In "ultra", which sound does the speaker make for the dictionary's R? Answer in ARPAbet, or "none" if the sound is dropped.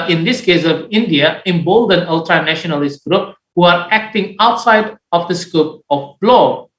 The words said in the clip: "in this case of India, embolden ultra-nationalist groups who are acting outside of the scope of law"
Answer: R